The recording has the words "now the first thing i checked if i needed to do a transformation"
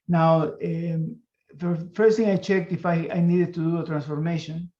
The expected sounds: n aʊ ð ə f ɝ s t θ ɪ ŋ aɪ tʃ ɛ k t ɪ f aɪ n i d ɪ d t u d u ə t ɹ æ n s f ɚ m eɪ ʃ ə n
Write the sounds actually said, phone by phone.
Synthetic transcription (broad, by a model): n aʊ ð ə f ɝ s t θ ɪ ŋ aɪ tʃ ɛ k t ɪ f aɪ n i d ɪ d t u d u ə t ɹ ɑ n s f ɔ m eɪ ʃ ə n